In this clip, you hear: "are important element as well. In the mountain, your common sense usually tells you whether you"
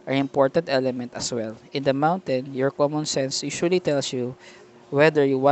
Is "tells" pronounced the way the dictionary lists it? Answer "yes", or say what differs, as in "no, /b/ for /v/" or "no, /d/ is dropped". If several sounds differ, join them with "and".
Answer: no, /s/ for /z/